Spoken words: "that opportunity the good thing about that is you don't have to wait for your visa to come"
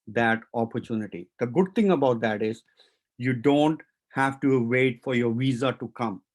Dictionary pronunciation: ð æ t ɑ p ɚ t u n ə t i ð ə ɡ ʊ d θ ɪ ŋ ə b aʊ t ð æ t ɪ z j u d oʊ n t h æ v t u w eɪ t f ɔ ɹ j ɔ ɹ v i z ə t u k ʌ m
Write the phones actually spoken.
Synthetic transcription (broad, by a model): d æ t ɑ p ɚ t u n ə t i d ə ɡ ʊ d t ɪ ŋ ə b aʊ t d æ t ɪ z j u d oʊ n t h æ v t u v eɪ t f ɔ ɹ j ɔ ɹ v i z ə t u k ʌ m